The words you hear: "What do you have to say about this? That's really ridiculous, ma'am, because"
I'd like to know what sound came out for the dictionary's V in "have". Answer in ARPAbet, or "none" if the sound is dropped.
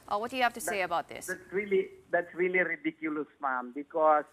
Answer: F